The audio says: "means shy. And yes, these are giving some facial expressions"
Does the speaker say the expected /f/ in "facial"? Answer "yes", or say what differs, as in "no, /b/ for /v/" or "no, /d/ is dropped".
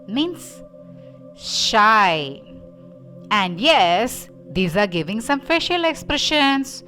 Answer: yes